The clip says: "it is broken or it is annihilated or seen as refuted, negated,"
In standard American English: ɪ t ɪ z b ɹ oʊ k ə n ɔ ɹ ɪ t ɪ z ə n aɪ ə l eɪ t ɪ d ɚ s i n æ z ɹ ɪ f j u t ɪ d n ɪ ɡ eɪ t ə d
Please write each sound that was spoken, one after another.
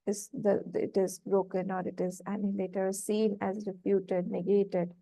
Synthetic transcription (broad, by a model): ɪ t ɪ z b ɹ oʊ k ə n ɔ ɹ ɪ t ɪ z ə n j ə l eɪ t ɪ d s i n æ z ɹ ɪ p j u t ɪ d n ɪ ɡ eɪ t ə d